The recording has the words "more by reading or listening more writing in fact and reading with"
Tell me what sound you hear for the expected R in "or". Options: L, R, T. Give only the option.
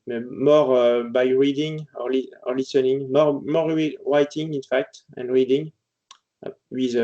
L